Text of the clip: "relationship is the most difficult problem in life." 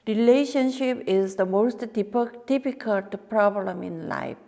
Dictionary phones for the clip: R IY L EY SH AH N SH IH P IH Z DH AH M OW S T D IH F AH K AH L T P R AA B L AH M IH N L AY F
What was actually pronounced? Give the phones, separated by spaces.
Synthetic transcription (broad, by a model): R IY L EY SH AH N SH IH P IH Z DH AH M OW S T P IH P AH K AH L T P R AA B L AH M IH N L AY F